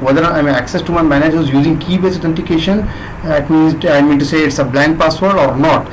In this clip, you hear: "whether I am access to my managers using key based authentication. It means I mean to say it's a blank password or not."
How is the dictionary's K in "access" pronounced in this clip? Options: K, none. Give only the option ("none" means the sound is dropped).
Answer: K